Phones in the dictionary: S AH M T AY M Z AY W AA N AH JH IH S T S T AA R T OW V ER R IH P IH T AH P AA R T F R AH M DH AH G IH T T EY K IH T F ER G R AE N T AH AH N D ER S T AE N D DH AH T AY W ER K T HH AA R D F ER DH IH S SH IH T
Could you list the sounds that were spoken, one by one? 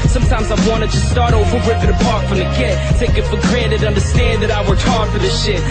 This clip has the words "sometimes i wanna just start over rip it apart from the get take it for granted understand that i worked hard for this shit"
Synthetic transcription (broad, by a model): S AH M T AY M Z AY W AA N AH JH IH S S T AA R T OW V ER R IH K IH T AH P AA R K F R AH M DH AH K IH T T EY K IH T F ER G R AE T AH AH N D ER S T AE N DH AH T AY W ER T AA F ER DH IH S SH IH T